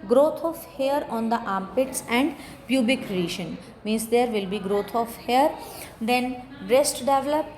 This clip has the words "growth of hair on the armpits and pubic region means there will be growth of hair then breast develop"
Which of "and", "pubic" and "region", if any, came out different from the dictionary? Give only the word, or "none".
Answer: region